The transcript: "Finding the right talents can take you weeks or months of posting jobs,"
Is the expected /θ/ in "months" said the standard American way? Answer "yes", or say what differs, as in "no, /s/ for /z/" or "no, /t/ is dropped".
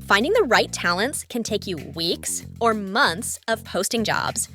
yes